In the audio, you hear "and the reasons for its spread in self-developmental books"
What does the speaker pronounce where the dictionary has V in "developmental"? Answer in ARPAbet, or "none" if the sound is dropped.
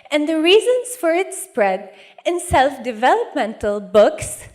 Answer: V